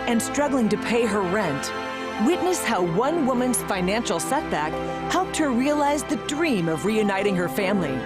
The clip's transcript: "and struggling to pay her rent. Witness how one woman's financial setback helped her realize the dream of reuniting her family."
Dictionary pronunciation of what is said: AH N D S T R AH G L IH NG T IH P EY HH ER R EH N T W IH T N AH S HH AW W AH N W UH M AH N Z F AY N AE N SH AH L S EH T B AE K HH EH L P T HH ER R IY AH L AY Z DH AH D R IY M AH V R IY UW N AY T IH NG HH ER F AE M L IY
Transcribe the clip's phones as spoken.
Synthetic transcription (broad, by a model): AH N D S T R AH G L IH NG T IH P EY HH ER R EH N T W IH T N AH S HH AW W AH N W UH M AH N Z F AY N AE N SH L S EH T B AE K HH EH L P T HH ER R IY AH L AY Z DH AH D R IY M AH V R IY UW N AY T IH NG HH ER F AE M L IY